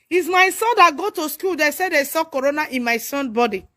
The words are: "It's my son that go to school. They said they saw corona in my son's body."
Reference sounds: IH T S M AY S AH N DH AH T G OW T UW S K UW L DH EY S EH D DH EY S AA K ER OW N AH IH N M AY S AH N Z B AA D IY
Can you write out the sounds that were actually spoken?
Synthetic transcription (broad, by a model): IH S M AY S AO N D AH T G OW T UW S K UW L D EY S EH D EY S AA K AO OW N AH IH N M AY S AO N B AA D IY